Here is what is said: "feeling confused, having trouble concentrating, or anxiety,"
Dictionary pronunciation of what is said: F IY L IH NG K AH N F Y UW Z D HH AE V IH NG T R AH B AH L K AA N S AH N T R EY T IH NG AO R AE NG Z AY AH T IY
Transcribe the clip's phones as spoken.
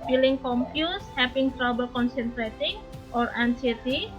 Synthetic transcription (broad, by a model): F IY L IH NG K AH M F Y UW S HH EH P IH NG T R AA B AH L K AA N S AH N T R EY T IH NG AO R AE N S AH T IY